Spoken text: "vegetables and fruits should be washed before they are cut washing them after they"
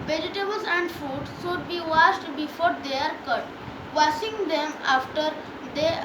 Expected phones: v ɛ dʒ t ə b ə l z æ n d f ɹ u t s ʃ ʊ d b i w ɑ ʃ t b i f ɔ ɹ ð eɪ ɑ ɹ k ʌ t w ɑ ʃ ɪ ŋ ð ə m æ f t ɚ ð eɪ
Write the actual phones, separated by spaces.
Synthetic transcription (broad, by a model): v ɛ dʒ t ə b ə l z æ n d f u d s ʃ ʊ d b i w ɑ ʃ t b i f ɔ ɹ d eɪ ɑ ɹ k ʌ t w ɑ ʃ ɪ ŋ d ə m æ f t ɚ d eɪ